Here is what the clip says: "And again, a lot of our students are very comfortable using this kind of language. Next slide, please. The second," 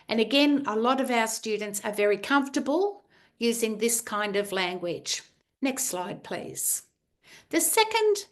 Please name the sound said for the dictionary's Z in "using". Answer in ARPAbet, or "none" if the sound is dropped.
Z